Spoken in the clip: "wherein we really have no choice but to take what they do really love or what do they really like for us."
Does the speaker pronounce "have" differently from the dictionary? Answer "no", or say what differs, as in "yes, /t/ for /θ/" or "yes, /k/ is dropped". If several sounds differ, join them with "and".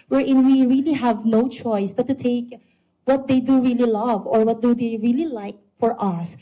no